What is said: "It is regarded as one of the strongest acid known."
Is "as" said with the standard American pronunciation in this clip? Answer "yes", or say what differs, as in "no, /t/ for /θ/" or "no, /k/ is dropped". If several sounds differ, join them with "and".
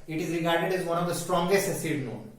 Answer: yes